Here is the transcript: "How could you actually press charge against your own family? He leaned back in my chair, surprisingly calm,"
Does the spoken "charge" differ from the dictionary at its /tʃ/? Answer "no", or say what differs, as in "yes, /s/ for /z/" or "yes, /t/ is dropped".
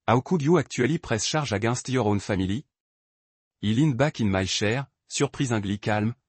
yes, /ʃ/ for /tʃ/